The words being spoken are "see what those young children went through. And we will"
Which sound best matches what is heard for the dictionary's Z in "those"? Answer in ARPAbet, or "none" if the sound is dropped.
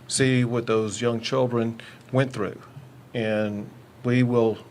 Z